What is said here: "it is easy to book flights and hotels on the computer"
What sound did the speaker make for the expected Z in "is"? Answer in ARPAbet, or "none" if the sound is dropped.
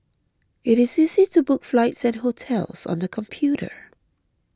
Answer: Z